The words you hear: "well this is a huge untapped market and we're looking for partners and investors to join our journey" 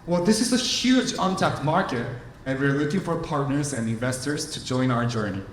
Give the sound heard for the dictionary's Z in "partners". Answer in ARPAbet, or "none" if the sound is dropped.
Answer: Z